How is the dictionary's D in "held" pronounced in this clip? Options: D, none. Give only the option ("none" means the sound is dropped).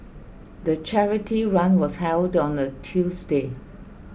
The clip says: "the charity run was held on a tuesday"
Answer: D